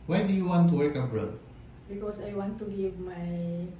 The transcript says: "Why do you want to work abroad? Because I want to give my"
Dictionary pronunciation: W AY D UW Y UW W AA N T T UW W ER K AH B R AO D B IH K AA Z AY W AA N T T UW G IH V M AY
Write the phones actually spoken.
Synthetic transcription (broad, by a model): W AY D UW Y UW W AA N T T UW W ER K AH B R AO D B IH K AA S AY W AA N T T UW G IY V M AY